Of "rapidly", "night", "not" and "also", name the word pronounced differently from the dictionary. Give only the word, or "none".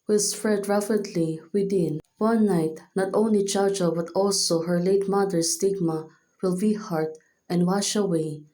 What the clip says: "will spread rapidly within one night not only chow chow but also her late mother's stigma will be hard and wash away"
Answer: rapidly